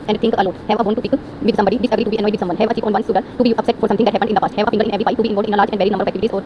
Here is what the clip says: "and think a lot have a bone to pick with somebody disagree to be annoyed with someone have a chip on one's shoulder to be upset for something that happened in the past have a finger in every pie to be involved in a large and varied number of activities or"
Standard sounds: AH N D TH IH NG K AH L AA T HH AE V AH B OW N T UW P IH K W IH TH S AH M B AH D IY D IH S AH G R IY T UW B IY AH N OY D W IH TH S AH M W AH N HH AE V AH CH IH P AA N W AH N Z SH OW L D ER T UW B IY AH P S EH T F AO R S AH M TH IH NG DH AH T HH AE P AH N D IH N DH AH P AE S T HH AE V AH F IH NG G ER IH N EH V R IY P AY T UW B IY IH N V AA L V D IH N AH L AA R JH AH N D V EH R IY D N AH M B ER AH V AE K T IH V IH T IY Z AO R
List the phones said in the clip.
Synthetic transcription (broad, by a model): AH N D T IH NG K AH L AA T HH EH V AH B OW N T UW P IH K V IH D S AH M B AH D IY D IH S AH G R IY T UW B IY AH N OY D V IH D S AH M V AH N HH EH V AH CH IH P AA N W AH N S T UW D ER T UW B IY AH P S EH T F AO R S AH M T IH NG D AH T HH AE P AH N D IH N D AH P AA S T HH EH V AH F IH NG G ER IH N EH V R IY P AY T UW B IY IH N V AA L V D IH N AH L AA R JH AH N D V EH R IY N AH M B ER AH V AE K T IH V IH T IY Z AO R